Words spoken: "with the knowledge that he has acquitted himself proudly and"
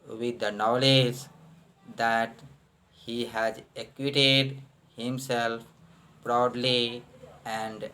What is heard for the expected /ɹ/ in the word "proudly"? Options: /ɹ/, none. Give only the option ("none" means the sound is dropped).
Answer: /ɹ/